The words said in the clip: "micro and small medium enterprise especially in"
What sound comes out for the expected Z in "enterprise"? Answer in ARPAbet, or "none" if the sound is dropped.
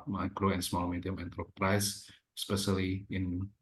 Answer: S